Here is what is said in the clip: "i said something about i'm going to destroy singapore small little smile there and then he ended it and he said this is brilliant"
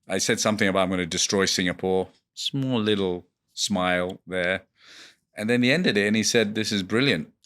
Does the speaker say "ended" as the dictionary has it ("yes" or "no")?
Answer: yes